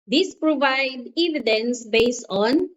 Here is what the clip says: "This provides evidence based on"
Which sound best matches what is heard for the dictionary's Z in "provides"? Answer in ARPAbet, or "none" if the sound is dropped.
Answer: none